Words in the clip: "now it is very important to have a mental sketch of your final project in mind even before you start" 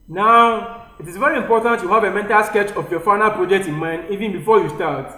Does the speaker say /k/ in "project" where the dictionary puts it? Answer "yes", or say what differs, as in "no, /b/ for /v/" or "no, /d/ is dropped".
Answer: yes